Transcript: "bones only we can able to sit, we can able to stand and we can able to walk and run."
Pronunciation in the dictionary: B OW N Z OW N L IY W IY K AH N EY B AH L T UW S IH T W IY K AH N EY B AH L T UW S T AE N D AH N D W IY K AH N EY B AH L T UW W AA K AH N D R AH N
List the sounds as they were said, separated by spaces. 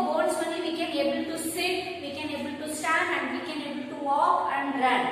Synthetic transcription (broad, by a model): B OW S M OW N IY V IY K AH N EY B AH L T UW S IH T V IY K AH N EY B AH L T UW S T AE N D AH N D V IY K AH N EY B AH L T UW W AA K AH N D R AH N